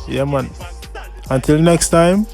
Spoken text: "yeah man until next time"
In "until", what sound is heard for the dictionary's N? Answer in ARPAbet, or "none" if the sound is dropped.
N